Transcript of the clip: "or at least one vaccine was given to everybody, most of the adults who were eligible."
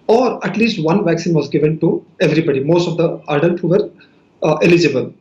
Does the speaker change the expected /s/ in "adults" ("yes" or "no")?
yes